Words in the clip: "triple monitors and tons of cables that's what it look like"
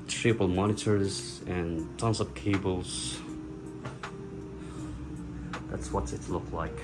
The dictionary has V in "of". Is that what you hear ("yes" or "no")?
no